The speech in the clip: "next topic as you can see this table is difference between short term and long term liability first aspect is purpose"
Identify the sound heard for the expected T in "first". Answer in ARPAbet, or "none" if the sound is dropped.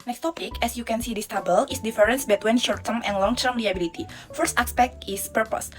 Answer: T